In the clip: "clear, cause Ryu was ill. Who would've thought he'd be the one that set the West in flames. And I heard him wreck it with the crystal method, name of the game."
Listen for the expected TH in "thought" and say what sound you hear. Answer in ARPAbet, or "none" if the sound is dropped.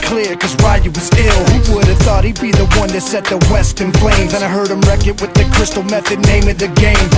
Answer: TH